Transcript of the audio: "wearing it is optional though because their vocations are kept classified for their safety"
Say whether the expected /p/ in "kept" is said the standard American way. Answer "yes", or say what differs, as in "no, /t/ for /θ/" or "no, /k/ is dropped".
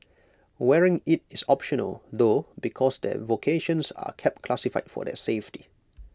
yes